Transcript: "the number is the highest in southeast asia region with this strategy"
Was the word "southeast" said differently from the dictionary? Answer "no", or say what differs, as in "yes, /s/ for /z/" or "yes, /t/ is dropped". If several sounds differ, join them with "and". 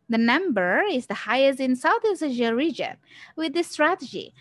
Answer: yes, /t/ is dropped